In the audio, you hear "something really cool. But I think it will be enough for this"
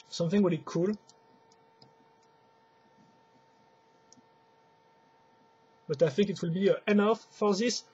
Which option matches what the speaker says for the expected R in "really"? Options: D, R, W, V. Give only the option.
W